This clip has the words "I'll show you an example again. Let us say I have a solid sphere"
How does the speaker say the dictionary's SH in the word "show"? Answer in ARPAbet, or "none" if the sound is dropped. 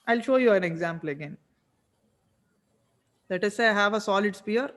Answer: SH